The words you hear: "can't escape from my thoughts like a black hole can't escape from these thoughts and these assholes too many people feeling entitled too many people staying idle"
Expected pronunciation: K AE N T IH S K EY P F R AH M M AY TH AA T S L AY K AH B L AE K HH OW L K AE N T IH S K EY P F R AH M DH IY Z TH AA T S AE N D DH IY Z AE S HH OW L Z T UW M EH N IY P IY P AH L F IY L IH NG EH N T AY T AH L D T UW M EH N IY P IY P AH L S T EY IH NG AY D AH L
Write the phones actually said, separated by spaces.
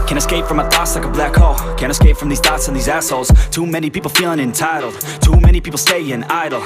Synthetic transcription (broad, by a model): K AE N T IH S K EY P F R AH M M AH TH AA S L AY K AH B L AE K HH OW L K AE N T IH S K EY P F R AH M DH IY Z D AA T S N DH IY Z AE S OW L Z T UW M EH N IY P IY P L F IY L IH NG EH N T AY T L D T UW M EH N IY P IY P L S T EY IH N AY D L